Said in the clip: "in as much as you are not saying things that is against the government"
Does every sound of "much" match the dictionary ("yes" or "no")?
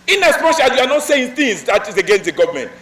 no